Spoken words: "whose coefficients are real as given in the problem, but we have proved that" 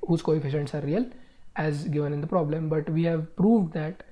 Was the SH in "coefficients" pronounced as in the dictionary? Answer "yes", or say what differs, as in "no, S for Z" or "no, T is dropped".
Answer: yes